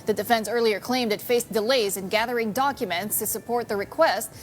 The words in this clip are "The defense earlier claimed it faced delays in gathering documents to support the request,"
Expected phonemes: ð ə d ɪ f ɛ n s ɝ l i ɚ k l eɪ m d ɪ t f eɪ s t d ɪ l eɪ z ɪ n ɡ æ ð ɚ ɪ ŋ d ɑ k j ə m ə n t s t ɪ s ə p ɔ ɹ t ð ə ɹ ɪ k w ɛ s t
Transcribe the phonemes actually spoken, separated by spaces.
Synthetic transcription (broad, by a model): ð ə d ɪ f ɛ n s ɝ l i ɚ k l eɪ m d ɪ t f eɪ s d ɪ l eɪ z ɪ n ɡ æ ð ɚ ɪ ŋ d ɑ k j ə m ə n t s t ɪ s ə p ɔ ɹ t ð ə ɹ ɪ k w ɛ s t